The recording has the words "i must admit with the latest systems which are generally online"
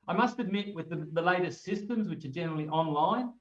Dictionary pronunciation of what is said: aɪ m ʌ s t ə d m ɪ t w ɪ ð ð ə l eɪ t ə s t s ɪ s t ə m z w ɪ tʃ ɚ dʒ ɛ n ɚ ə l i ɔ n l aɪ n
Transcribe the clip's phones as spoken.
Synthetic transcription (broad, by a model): aɪ m ʌ s t ə d m ɪ t w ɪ ð ð ə l eɪ t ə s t s ɪ s t ə m z w ɪ tʃ ɚ dʒ ɛ n ɚ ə l i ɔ n l aɪ n